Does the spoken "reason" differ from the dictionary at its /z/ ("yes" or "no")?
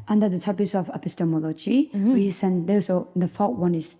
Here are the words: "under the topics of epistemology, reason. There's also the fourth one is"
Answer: yes